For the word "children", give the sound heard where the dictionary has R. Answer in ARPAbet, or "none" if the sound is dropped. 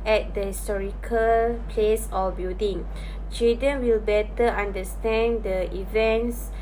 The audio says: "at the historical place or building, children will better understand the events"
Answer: none